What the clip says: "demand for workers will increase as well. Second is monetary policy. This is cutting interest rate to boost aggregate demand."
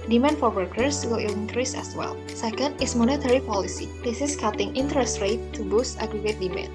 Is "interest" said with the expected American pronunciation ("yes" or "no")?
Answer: yes